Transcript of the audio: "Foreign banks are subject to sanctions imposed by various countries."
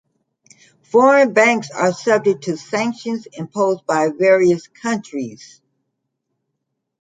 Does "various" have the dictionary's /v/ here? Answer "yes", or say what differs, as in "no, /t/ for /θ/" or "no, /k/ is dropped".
yes